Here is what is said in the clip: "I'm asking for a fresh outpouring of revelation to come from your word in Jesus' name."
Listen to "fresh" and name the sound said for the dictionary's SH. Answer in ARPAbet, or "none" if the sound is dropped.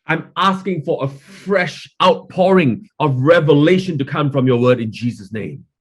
SH